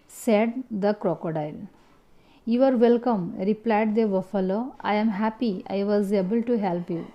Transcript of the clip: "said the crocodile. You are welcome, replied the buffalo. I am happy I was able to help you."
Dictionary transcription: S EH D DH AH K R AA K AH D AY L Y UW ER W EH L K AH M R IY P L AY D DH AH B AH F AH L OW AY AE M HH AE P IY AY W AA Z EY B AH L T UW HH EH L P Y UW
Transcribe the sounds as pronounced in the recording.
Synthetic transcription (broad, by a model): S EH D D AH K R AA K AH D AY L Y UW ER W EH L K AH M R IY P L AY D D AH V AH F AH L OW AY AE M HH AE P IY AY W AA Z EY B AH L T UW HH EH L P Y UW